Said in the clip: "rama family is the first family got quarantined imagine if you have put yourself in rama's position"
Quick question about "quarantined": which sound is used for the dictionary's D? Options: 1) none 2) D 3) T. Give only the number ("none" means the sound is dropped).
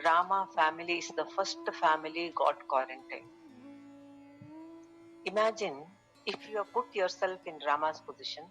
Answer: 1